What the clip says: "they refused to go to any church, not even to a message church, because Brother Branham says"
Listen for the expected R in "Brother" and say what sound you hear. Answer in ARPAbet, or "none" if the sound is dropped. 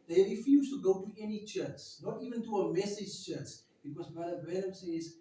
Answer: none